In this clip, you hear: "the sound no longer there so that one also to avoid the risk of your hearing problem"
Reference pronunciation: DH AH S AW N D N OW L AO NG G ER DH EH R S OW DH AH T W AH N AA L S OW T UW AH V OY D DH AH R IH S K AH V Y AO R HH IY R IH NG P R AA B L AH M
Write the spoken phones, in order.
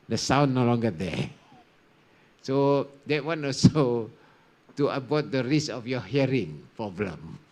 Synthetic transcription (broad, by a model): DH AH S AW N N OW L AO NG G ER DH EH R S OW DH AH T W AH N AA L S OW T UW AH B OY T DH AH R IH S AH F Y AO HH IY R IH NG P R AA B L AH M